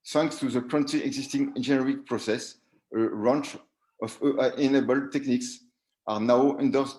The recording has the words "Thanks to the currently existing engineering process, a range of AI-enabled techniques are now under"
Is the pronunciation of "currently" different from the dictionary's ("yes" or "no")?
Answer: yes